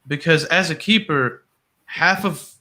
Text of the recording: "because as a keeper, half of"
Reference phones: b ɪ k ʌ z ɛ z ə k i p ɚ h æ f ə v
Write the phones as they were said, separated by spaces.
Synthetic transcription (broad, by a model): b ɪ k ʌ z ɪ z ə k i p ɚ h æ f ə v